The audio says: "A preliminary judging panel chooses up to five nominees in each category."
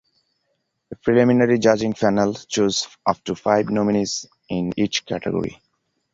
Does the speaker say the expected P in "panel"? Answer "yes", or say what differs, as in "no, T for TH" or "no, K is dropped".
no, F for P